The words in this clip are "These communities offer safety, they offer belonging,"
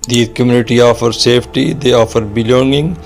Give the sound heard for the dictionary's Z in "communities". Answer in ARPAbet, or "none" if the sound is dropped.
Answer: none